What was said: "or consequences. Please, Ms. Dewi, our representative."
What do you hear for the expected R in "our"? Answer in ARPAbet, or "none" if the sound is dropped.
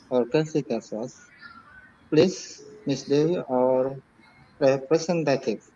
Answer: R